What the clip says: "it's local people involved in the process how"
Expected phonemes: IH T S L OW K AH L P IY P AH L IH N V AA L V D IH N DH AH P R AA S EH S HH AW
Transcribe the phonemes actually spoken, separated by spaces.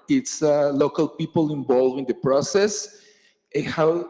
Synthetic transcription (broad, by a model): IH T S L OW K AH L P IY P AH L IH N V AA L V IH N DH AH P R AA S EH S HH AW